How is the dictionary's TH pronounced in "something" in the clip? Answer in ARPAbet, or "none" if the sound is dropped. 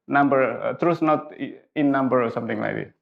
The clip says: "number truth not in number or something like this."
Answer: T